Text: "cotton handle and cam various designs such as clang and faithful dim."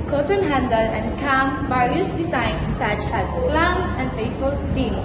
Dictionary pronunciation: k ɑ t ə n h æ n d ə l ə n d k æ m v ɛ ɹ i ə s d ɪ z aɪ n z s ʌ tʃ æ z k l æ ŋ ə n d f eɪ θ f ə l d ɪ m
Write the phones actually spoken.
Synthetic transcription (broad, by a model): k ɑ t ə n h æ n d ə l ə n d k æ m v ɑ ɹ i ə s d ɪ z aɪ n s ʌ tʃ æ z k l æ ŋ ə n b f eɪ s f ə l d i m